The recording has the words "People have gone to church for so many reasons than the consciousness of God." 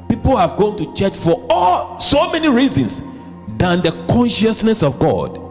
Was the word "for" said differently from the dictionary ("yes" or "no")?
yes